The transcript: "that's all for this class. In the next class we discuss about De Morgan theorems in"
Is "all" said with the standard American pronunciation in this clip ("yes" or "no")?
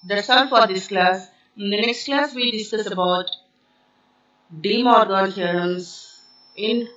no